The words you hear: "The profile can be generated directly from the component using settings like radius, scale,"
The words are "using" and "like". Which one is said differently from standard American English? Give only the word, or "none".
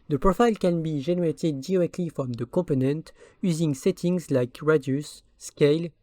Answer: none